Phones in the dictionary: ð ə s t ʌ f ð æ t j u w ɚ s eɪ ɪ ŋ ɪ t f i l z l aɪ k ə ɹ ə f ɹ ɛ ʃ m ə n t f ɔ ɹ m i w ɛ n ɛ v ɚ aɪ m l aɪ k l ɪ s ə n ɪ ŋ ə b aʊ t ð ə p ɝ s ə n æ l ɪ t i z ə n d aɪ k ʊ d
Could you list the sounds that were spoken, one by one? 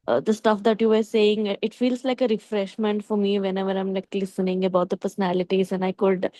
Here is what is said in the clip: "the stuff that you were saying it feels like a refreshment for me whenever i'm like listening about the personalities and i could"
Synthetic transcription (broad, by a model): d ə s t ʌ f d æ t j u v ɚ s eɪ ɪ ŋ ɪ t f i l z l aɪ k ə ɹ ə f ɹ ɛ ʃ m ə n t f ɔ ɹ m i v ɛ n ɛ v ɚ aɪ m l aɪ k l ɪ s ə n ɪ ŋ ə b aʊ t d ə p ɝ s ə n æ l ɪ t i z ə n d aɪ k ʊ d